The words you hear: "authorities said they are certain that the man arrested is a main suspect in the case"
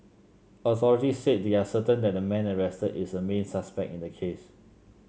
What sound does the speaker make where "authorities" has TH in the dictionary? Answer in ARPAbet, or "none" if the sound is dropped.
S